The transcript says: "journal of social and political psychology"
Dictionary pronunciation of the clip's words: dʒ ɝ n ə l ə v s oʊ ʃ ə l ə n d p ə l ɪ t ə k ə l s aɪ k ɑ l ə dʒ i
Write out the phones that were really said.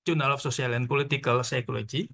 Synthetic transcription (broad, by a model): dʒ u n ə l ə f s oʊ s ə l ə n p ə l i t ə k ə l s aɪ k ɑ l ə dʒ i